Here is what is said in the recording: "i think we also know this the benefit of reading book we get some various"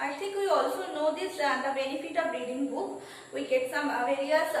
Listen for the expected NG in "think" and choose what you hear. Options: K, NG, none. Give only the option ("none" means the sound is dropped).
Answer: none